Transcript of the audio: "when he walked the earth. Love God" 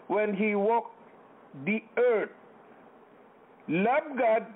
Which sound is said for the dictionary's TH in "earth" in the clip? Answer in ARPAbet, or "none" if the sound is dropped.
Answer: T